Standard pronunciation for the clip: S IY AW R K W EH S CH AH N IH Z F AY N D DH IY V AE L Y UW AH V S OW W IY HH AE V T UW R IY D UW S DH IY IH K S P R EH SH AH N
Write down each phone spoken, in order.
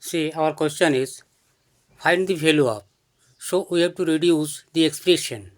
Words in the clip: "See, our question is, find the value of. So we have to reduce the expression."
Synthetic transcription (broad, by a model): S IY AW R K W EH S CH AH N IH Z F AY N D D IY F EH L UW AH P S OW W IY HH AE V T UW R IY D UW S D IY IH K S P R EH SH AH N